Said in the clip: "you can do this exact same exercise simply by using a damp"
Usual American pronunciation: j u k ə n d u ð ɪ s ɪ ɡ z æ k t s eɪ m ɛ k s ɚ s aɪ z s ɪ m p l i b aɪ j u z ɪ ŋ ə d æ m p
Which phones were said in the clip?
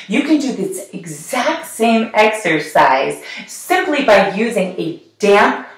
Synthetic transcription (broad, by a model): j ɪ k ə n d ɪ ð ɪ s ɪ ɡ z æ k t s eɪ m ɛ k s ɚ s aɪ z s ɪ m p l i b aɪ j u z ɪ ŋ ə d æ m p